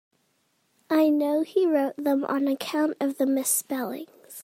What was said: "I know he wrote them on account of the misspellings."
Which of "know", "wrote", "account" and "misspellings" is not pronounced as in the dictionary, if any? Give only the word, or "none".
none